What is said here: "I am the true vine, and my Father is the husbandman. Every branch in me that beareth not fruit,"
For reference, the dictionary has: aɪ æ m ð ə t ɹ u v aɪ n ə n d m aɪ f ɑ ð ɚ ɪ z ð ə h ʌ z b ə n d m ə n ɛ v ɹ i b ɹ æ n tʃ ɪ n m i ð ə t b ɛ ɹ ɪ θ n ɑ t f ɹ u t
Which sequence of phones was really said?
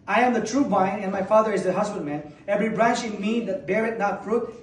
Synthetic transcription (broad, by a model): aɪ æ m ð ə t ɹ u b aɪ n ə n m aɪ f ɑ ð ɚ ɪ z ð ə h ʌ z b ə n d m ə n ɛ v ɹ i b ɹ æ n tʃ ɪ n m i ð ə t b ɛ ɹ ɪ t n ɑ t f ɹ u t